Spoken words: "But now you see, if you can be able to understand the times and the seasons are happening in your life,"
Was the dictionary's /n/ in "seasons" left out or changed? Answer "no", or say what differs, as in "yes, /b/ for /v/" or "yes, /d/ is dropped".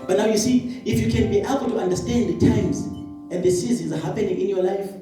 yes, /n/ is dropped